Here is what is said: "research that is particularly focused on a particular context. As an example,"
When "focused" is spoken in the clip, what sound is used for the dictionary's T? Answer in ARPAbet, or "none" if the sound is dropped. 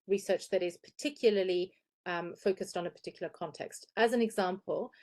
T